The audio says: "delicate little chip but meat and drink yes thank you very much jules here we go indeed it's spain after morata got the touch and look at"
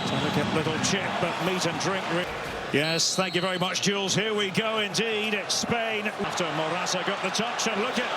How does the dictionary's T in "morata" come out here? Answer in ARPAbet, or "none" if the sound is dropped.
S